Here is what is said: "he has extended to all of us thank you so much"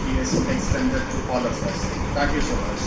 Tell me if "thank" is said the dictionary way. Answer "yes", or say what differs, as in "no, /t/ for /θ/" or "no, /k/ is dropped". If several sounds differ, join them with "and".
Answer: no, /t/ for /θ/ and /ŋ/ is dropped